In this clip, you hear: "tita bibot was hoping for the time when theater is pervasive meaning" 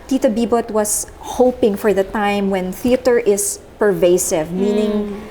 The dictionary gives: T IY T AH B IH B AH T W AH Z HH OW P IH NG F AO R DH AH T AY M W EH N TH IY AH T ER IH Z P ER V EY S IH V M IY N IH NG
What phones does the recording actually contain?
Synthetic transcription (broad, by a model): T IY T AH B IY B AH T W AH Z HH OW P IH NG F AO R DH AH T AY M W EH N TH IY AH T ER IH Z P ER V EY S IH V M IY N IH NG